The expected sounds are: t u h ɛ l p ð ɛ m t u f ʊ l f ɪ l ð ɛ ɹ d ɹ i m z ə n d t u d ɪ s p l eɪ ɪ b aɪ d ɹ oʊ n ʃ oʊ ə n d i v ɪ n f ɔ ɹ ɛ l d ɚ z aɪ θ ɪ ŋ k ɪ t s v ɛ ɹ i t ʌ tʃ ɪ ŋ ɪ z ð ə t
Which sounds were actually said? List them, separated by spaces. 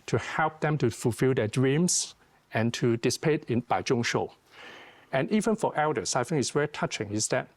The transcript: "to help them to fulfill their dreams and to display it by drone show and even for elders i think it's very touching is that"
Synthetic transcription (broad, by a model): t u h ɛ l p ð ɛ m t u f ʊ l f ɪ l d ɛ d ɹ i m s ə n t u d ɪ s p eɪ ɪ b aɪ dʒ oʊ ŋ ʃ oʊ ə n i v ɪ n f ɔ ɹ ɛ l d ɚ s aɪ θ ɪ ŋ ɪ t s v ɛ ɹ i t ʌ tʃ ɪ ŋ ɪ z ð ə t